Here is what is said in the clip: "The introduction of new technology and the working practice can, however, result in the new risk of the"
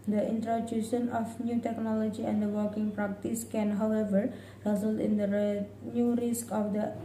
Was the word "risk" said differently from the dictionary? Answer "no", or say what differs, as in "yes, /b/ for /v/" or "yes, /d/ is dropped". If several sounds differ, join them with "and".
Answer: no